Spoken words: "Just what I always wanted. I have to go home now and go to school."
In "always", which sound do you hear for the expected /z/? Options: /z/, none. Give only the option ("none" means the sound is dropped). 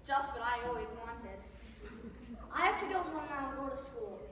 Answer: /z/